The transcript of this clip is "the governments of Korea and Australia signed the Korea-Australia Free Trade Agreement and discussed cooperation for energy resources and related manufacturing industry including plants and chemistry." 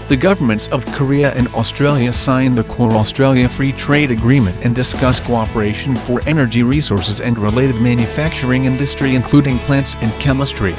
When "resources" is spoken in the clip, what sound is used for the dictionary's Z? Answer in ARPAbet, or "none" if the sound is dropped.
Z